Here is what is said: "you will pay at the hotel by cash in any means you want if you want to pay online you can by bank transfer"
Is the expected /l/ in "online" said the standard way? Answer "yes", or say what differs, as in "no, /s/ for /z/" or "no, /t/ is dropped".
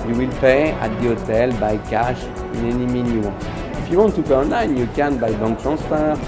no, /l/ is dropped